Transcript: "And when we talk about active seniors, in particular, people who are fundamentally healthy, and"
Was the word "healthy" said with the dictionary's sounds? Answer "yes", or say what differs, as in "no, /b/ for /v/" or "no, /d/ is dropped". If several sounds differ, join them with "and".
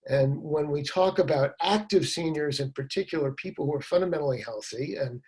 yes